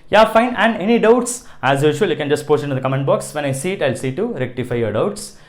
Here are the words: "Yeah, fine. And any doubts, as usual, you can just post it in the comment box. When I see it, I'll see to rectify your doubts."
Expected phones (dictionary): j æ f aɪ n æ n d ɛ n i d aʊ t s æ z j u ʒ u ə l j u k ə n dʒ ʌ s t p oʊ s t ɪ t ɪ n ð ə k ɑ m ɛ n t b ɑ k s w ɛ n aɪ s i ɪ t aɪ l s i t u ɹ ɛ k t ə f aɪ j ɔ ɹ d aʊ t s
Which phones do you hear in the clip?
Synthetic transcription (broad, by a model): j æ f aɪ n æ n d ɛ n i d aʊ t s æ z j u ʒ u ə l j u k ə n dʒ ʌ s t p oʊ s t ɪ t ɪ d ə k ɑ m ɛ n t b ɑ k s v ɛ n aɪ s i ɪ t aɪ l s i t u ɹ ɛ k t ə f aɪ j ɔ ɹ d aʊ t s